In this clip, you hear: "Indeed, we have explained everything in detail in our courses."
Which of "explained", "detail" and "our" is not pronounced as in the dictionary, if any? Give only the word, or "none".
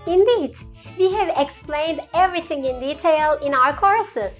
none